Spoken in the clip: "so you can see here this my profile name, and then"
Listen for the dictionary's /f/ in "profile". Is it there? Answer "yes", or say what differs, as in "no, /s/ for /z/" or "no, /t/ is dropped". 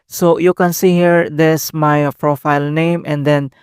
yes